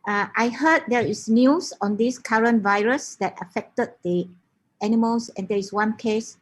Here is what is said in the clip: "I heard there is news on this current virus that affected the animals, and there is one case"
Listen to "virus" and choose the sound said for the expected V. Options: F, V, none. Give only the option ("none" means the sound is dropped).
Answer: V